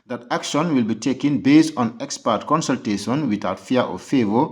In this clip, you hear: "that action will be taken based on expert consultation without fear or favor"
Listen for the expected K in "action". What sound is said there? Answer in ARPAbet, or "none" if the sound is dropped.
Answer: K